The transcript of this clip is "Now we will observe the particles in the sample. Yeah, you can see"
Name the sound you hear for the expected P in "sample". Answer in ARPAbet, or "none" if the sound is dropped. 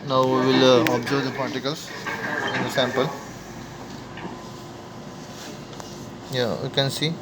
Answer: P